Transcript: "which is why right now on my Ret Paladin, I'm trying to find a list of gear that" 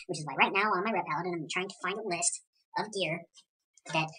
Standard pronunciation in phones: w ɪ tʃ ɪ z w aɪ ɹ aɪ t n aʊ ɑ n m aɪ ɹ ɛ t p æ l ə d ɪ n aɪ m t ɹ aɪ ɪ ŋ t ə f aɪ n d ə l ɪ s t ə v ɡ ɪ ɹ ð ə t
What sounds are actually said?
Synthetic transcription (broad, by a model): w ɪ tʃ ɪ z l aɪ ɹ aɪ t n aʊ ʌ n m aɪ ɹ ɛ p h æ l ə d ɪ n aɪ m t ɹ aɪ ɪ ŋ t ə f aɪ n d ə l ɪ s t ə v ɡ ɪ ɹ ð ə t